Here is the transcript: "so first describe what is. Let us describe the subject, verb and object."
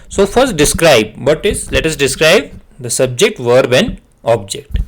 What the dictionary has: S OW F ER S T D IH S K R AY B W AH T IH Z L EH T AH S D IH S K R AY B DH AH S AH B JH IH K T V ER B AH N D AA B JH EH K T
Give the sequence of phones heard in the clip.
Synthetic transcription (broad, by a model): S OW F ER S T D IH S K R AY B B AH T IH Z L EH T AH S D IH S K R AY B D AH S AH B JH IH K T V ER B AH N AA B JH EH K T